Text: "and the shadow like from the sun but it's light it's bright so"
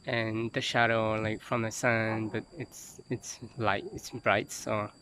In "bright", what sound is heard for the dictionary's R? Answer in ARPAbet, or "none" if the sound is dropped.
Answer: R